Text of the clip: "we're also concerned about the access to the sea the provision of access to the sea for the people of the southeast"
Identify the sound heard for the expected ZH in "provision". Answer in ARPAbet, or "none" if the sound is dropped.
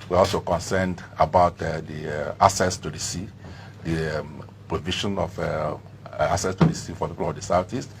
SH